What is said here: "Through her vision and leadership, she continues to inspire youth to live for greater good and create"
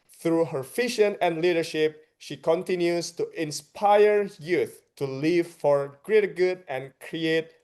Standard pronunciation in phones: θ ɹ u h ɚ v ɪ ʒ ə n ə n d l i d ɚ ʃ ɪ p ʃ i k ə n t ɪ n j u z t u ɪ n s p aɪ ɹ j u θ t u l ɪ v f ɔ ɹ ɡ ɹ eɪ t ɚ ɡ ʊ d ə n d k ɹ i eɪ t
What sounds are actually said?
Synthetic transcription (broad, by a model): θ ɹ u h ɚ f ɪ ʃ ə n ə n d l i d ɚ ʃ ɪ p ʃ i k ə n t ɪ n j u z t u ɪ n s p aɪ ɹ j u θ t u l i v f ɔ ɹ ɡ ɹ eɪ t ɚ ɡ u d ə n k ɹ i eɪ t